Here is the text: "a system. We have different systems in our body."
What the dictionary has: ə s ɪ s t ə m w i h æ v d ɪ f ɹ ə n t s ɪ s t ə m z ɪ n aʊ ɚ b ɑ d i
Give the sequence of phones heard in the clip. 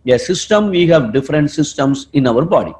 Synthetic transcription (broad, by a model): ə s ɪ s t ə m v i h æ v d ɪ f ɹ ə n t s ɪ s t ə m s ɪ n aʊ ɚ b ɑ d i